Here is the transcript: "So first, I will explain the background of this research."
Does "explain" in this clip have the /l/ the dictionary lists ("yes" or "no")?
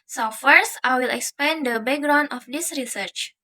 no